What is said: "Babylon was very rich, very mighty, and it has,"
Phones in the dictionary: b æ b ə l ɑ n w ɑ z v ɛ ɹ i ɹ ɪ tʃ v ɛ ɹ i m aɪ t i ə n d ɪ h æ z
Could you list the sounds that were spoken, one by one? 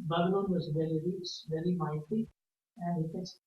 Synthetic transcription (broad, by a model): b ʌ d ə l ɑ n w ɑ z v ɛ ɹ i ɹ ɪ s v ɛ ɹ i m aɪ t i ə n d ɪ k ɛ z